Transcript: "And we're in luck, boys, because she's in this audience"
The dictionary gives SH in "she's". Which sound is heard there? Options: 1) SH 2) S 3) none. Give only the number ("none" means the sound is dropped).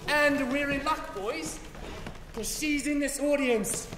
1